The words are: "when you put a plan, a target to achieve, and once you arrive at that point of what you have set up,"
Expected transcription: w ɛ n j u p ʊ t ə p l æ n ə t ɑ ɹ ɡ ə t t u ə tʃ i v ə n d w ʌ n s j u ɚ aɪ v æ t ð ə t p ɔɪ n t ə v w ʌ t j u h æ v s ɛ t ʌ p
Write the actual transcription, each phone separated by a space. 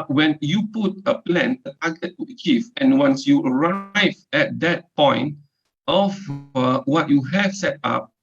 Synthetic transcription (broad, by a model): w ɛ n j u p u t ə p l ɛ n ə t ɑ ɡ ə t t u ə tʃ i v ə n w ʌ n s j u ɚ aɪ v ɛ t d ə t p ɔɪ n t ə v w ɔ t j u h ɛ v s ɛ t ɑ p